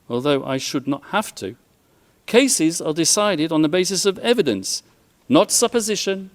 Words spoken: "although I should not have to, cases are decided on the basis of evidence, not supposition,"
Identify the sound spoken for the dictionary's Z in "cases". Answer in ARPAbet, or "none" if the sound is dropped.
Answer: Z